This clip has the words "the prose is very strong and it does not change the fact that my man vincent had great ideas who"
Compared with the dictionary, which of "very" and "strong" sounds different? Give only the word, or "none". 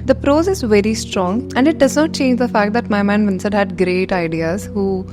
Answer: none